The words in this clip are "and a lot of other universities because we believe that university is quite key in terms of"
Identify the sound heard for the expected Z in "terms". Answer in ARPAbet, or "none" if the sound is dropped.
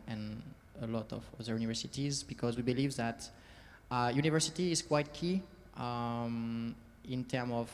none